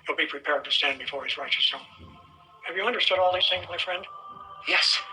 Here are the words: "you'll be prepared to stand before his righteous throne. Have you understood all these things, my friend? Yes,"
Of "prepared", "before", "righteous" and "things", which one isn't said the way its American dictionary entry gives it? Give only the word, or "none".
things